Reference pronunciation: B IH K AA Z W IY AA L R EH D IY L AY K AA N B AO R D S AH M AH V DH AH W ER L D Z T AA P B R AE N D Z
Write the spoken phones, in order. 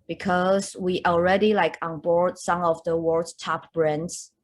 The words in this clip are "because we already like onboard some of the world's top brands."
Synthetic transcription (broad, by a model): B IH K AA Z W IY AA L R EH D IY L AY K AA N B AO R D S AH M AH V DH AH W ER D T AA P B R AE N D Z